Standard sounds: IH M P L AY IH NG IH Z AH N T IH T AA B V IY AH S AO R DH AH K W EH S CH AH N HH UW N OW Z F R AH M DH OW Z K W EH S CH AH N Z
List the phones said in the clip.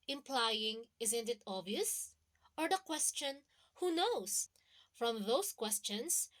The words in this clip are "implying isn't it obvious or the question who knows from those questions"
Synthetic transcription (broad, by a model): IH M P L AY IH NG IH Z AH N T IH T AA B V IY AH S AO R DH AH K W EH S CH AH N HH UW N OW S F R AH M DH OW S K W EH S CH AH N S